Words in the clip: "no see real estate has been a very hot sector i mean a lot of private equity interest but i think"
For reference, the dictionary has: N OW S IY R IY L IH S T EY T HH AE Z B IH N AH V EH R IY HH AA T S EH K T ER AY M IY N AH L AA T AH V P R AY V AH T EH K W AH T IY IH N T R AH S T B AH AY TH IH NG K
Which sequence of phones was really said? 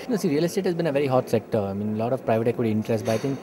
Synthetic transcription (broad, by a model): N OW S IY R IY L IH S T EY T HH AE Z B IH N AH V EH R IY HH AA T S EH K T ER AY M IY N AH L AA T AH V P R AY V AH T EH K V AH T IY IH N T R AH S T B AY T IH NG K